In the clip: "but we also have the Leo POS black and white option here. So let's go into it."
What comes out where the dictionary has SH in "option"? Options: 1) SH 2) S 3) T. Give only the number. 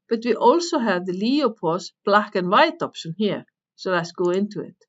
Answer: 2